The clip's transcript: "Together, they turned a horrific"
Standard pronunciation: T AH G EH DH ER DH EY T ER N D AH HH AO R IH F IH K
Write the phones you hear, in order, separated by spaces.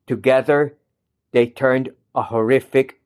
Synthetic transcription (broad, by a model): T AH G EH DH ER DH EY T ER N D AH HH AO R IH F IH K